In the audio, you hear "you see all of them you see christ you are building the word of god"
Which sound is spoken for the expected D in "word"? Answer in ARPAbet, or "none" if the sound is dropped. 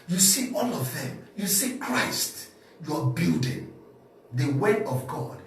none